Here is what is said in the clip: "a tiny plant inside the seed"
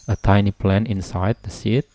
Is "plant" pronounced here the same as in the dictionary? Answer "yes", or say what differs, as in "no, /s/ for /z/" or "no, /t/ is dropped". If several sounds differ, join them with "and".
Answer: no, /t/ is dropped